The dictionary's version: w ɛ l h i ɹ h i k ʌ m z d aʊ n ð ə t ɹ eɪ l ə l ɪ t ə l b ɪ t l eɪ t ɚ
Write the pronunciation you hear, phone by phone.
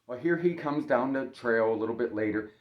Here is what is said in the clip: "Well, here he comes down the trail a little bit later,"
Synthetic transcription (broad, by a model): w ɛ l h i ɹ i k ʌ m z d aʊ n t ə t ɹ eɪ l ə l ɪ t l b ɪ t l eɪ t ɚ